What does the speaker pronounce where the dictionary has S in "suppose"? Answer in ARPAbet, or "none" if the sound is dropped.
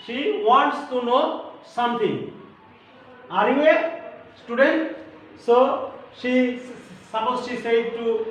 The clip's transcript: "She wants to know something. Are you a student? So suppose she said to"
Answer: SH